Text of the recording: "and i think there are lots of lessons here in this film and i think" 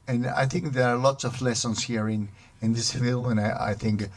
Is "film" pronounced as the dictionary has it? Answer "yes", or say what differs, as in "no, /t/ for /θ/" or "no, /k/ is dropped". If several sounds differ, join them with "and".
no, /m/ is dropped